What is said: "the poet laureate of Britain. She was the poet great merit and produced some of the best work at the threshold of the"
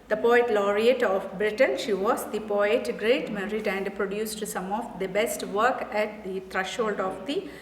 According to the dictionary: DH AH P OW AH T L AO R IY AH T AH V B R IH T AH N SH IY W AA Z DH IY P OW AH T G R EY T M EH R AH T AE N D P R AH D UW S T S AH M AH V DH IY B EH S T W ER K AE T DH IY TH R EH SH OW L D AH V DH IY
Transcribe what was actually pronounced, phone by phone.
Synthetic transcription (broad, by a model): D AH P OW AH T L AO R IY AH T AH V B R IH T AH N SH IY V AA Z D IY P OW AH T G R EY T M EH R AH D AE N D P R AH D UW S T S AH M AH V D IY B EH S T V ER K AE T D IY T R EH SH OW L D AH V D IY